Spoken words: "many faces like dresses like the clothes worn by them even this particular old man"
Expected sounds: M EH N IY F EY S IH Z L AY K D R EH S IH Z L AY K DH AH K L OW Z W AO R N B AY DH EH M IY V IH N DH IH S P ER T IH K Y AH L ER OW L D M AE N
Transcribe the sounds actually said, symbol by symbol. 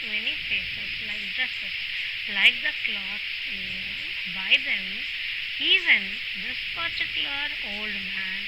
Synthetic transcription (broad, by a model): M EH N IY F EY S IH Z L AY K D R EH S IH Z L AY K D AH K L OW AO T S B AY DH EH M IY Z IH N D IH S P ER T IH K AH ER OW L D M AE N